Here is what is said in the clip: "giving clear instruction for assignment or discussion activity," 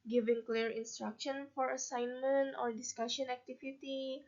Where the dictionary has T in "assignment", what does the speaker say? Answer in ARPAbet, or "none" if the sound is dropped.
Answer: T